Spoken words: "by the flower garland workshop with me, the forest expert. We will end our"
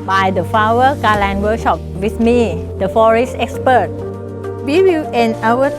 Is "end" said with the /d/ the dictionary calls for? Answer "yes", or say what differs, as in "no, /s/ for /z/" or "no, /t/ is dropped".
no, /d/ is dropped